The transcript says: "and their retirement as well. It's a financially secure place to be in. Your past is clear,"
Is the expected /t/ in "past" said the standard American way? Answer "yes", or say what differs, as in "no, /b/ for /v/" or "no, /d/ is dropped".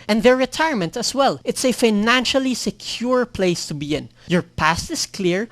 yes